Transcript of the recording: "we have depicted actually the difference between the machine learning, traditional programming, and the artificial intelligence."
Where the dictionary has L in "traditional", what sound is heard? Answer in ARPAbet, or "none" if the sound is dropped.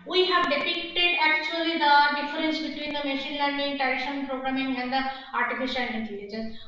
N